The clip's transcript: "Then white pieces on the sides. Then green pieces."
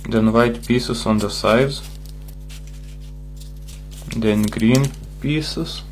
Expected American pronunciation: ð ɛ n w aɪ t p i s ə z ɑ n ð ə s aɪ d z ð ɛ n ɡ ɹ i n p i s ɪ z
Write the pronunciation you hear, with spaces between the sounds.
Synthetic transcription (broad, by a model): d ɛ n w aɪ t p i s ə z ɑ n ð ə s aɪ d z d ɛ n ɡ ɹ i n p i s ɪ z